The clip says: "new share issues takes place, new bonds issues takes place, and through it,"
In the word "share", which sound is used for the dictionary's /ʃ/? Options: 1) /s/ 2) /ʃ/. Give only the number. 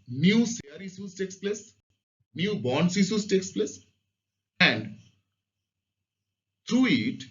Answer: 1